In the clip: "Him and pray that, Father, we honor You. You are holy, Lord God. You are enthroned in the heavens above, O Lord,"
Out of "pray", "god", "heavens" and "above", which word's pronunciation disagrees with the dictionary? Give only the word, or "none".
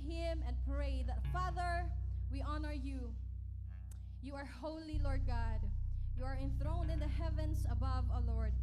heavens